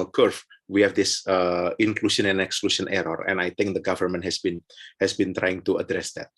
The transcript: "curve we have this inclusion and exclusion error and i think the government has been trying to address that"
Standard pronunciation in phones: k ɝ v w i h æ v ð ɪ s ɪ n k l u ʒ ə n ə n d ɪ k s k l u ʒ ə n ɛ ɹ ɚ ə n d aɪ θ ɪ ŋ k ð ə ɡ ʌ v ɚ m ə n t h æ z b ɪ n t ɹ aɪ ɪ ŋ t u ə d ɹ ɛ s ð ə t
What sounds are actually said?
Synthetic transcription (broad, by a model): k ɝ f w i h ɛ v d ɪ s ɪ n k l u ʃ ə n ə n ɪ k s k l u ʃ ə n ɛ ɹ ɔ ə n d aɪ t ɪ ŋ k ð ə ɡ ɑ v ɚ m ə n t h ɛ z b ɪ n t ɹ aɪ ɪ ŋ t u ə d ɹ ɛ s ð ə t